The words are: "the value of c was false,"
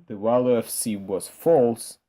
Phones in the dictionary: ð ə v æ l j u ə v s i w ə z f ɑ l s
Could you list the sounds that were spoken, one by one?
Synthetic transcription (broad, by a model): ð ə w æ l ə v s i w ə z f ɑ l s